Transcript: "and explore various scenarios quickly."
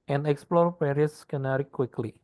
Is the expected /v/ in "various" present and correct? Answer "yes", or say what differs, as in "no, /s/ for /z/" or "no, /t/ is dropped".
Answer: no, /p/ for /v/